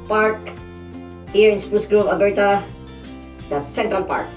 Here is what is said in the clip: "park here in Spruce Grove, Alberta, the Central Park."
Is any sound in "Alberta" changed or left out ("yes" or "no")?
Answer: yes